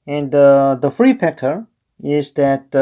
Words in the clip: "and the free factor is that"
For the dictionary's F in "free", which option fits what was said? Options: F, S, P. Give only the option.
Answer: F